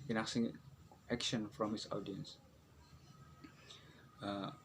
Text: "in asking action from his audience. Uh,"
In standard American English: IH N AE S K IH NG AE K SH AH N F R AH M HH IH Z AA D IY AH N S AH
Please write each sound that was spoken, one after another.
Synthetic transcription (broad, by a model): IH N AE S IH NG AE K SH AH N F R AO M HH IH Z AA D IY AH N S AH